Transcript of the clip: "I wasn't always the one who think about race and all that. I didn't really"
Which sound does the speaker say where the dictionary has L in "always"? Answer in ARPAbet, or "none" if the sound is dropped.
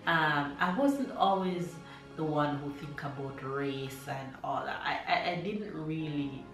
L